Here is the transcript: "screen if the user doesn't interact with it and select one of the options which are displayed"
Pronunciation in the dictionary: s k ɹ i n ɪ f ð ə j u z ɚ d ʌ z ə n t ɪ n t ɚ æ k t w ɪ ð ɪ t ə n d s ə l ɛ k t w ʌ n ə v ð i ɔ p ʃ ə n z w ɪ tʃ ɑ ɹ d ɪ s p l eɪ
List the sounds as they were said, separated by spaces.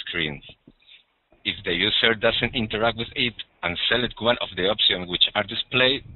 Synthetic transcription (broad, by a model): s k ɹ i n ɪ f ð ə j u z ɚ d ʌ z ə n t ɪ n t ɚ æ k t w ɪ ð ɪ t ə n s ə l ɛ t w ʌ n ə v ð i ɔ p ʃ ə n w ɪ tʃ ɑ ɹ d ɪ s p l eɪ